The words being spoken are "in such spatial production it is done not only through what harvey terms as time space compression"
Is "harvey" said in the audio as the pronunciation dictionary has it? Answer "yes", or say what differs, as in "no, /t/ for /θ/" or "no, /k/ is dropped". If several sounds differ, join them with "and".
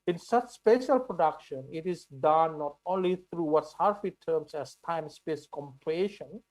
no, /f/ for /v/